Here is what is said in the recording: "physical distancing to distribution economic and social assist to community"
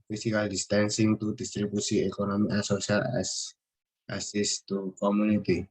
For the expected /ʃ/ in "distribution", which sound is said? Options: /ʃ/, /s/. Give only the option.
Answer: /s/